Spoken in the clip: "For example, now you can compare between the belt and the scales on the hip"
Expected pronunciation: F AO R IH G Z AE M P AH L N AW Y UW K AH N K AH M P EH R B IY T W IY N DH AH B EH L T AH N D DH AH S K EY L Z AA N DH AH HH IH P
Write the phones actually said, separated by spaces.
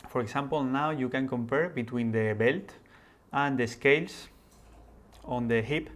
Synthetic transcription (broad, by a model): F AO R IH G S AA M P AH L N AW Y UW K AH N K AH M P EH R B IY T W IY N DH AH B EH L T AH N D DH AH S K EY L S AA N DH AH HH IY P